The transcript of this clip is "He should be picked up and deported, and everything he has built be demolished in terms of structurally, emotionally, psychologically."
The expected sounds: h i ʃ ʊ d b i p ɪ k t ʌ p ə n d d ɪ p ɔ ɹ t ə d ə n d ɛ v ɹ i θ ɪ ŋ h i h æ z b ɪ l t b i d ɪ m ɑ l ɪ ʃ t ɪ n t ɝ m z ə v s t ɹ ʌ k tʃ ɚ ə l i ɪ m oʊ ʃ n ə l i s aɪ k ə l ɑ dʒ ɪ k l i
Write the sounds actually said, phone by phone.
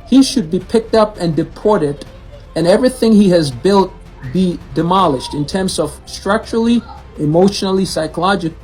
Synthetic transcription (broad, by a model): h i ʃ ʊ d b i p ɪ k t ʌ p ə n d d ɪ p ɔ ɹ t ə d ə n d ɛ v ɹ i θ ɪ ŋ h i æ z b ɪ l t b i d ɪ m ɑ l ɪ ʃ t ɪ n t ɝ m z ə v s t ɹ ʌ k tʃ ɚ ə l i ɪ m oʊ ʃ n l i s aɪ k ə l ɑ dʒ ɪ k